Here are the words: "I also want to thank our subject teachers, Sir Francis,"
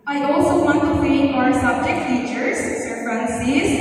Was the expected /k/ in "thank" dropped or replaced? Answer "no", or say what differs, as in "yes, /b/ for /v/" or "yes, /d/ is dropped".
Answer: yes, /k/ is dropped